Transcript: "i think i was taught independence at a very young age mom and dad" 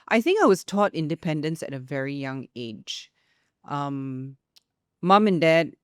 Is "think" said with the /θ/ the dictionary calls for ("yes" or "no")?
yes